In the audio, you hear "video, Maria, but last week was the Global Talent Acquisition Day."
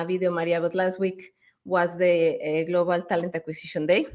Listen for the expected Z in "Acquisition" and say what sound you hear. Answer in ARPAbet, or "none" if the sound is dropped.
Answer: S